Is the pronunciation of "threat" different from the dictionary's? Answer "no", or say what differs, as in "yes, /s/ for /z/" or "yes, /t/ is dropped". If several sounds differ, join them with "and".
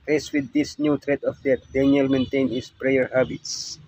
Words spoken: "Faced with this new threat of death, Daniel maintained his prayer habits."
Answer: yes, /t/ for /θ/